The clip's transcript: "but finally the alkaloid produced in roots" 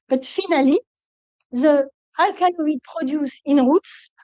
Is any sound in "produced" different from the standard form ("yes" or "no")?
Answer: yes